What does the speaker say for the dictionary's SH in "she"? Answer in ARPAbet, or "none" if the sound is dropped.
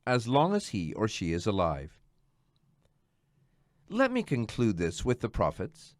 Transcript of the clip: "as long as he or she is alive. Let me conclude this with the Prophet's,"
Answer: SH